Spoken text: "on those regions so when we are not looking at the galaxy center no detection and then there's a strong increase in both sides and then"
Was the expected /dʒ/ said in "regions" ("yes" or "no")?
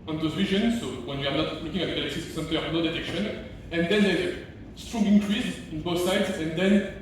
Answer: no